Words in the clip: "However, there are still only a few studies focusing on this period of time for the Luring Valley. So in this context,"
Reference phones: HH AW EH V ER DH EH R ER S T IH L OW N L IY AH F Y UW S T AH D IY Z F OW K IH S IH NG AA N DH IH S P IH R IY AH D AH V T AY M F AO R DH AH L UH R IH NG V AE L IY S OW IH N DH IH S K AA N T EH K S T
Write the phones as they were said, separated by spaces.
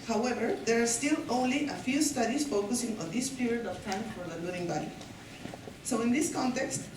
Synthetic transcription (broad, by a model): HH AW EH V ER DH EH R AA S T IH L OW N L IY AH F Y UW S T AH D IY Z F OW K IH S IH NG AA N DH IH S P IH R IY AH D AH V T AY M F AO R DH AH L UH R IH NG B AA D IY S OW IH N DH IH S K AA N T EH K S T